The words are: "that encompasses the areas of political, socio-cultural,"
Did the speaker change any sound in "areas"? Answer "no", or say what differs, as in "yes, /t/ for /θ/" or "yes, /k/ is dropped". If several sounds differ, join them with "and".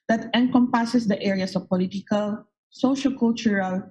yes, /s/ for /z/